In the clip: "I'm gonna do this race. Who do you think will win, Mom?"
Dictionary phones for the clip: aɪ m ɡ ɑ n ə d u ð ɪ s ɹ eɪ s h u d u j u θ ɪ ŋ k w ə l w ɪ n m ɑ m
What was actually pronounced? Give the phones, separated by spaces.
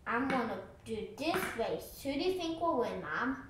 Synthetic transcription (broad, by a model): aɪ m ɡ ɑ n ə d u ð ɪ s w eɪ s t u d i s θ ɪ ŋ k w ə l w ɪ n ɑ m